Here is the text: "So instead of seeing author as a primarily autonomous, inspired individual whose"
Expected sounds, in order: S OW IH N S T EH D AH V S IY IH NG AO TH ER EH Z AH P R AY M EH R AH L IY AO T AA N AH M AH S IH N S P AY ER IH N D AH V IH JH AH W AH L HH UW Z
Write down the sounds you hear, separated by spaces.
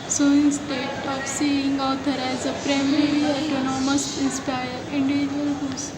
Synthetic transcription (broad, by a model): S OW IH N S T EH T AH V S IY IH NG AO T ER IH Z AH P R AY M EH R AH IY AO T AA N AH M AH S IH N S P AY ER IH N D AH V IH JH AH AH L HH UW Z